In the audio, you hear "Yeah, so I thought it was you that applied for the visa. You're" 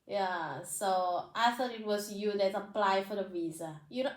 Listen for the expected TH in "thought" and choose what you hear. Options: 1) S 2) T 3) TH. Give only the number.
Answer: 1